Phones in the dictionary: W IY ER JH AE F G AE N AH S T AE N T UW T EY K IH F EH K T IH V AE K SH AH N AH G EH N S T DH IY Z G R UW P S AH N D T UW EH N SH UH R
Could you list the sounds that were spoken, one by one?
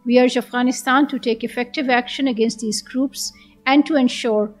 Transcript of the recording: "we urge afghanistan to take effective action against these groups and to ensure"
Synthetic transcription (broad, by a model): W IY ER JH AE F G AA N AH S T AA N T UW T EY K IH F EH K T IH V AE K SH AH N AH G EH N S T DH IY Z G R UW P S AH N D T UW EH N SH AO R